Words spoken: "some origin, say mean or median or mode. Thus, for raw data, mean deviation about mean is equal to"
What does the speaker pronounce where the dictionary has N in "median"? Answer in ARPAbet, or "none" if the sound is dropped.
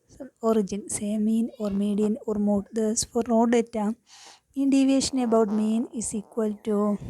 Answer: N